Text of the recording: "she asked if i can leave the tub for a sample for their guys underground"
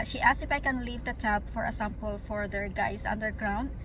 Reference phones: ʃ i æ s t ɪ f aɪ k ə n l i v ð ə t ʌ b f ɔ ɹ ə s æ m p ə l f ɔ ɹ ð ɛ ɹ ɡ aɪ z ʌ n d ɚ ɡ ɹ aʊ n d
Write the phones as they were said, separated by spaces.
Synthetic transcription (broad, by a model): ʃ i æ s ɪ f aɪ k ə n l i v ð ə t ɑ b f ɔ ɹ ə s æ m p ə l f ɔ ɹ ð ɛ ɹ ɡ aɪ s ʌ n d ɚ ɡ ɹ aʊ n d